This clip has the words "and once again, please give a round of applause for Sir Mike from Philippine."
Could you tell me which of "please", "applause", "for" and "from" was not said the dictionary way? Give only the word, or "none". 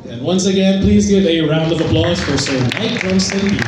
none